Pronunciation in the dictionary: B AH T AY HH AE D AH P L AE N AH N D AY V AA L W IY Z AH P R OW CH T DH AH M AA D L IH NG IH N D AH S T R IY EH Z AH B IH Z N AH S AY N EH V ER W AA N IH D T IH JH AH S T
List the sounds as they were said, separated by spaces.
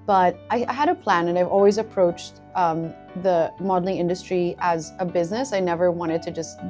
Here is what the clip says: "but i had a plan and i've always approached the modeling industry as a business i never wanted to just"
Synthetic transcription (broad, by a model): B AH T AY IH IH D AH P L AE N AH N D AY V AA L W IY Z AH P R OW CH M DH AH M AA D L IH NG IH N D AH S T R IY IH Z AH B IH Z N AH S AY N EH V ER W AA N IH D T IH JH AH S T